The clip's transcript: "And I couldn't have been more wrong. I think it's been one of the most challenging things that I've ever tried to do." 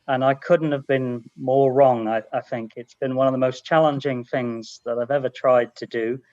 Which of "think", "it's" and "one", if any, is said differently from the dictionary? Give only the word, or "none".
none